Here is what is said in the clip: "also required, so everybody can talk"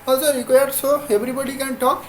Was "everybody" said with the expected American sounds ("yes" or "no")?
no